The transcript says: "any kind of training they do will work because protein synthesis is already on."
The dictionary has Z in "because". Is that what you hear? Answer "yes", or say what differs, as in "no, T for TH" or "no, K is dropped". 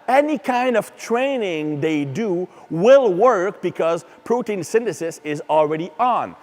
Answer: yes